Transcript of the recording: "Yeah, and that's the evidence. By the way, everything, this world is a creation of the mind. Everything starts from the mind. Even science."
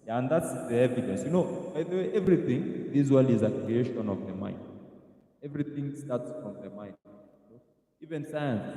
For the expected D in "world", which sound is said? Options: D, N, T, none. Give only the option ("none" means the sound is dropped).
none